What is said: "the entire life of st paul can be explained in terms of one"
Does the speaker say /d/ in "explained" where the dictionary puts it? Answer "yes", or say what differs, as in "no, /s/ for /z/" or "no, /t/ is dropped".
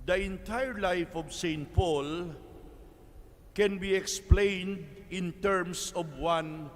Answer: yes